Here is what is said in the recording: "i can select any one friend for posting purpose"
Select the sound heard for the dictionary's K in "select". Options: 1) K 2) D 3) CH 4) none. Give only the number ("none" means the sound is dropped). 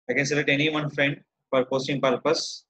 4